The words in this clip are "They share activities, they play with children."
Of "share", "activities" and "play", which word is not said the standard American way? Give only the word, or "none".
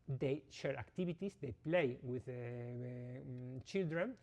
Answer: activities